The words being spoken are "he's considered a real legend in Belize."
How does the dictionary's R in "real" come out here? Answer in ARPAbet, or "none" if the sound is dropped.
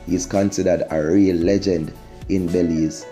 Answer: R